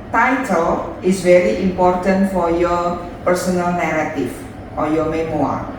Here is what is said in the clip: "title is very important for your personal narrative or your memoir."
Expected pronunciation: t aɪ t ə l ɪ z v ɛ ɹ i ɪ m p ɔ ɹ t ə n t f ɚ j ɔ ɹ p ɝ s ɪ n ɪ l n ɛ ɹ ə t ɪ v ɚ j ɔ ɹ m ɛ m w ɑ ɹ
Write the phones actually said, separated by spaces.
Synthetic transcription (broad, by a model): t aɪ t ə l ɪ s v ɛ ɹ i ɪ m p ɔ ɹ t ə n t f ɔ j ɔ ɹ p ɝ s ɪ n ɪ l n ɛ ɹ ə t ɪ f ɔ j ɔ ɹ m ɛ m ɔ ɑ ɹ